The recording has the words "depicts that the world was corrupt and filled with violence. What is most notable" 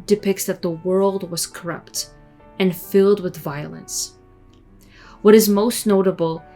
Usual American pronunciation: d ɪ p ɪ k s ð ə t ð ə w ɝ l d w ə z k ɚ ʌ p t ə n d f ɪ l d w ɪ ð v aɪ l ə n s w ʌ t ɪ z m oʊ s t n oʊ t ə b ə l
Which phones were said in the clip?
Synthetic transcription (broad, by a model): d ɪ p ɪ k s ð ə t ð ə w ɝ l d w ə z k ɚ ʌ p t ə n f ɪ l d w ɪ ð v aɪ l ə n s w ʌ t ɪ z m oʊ s t n oʊ t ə b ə l